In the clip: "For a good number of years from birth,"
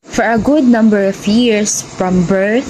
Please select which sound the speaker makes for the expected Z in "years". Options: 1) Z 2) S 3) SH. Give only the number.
2